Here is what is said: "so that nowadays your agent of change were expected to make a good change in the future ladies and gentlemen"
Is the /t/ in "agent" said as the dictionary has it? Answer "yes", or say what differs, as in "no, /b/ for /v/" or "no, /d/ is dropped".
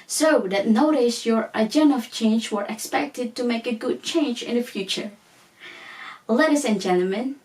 no, /t/ is dropped